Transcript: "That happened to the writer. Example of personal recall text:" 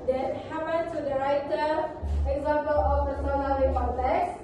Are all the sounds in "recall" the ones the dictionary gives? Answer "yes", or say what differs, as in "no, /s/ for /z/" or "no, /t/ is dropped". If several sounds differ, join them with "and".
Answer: no, /n/ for /l/